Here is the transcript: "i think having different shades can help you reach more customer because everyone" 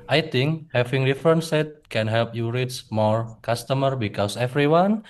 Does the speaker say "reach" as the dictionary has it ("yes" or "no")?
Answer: no